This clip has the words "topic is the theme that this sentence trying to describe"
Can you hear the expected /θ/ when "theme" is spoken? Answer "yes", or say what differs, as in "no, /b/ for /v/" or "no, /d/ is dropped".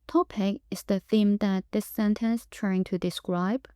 yes